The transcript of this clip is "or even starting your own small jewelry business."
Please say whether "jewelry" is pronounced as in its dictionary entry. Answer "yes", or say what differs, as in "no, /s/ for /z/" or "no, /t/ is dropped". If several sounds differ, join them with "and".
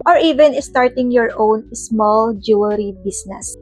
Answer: no, /l/ is dropped